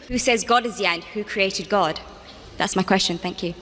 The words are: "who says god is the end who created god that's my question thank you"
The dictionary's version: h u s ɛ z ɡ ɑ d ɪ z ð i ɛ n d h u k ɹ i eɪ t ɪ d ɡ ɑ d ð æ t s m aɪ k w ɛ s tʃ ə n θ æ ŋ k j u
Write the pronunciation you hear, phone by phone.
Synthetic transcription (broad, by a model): h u s ɛ z ɡ ɑ d ɪ z ð i ɛ n d h u k ɹ i eɪ t ɪ d ɡ ɑ d ð æ t s m aɪ k w ɛ s tʃ ə n θ æ ŋ k j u